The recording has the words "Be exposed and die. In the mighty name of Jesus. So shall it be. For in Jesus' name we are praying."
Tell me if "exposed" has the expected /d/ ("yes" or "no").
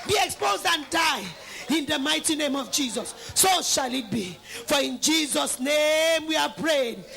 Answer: yes